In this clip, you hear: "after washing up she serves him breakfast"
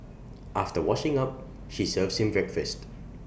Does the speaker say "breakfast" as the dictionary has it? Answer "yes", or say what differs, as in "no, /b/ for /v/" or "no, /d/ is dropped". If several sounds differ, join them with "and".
yes